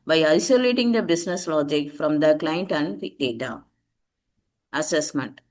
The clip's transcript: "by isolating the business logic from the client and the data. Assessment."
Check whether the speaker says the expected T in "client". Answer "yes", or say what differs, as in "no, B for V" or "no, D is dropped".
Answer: yes